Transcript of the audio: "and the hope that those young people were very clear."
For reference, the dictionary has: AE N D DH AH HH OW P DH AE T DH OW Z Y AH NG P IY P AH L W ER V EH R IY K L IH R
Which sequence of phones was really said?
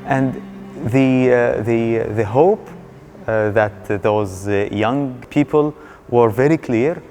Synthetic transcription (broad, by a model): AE N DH DH AH HH OW P DH AE T DH OW Z Y AH NG P IY P AH L W ER V EH R IY K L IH R